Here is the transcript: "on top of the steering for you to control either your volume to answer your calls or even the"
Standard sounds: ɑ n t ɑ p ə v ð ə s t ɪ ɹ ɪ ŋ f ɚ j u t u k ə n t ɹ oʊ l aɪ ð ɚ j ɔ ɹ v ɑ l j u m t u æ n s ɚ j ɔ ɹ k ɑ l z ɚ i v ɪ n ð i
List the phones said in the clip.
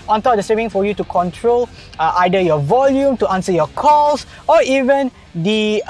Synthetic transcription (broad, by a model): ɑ n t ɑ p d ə s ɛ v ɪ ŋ f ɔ j u t u k ə n t ɹ oʊ l aɪ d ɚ j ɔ v ɑ l j u m t u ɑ n s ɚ j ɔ k ɑ l s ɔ i v ɪ n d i